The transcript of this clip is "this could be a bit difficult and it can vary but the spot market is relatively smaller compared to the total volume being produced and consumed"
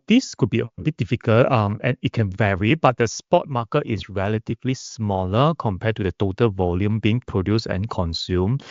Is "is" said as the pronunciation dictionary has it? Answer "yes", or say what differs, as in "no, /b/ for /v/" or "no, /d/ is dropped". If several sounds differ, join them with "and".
no, /s/ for /z/